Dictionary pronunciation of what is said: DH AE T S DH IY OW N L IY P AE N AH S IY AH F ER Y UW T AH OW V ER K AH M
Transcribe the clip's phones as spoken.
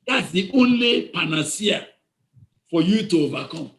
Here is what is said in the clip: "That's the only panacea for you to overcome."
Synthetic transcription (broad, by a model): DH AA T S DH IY OW N L IY P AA N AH S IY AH F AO Y UW T AH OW V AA K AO M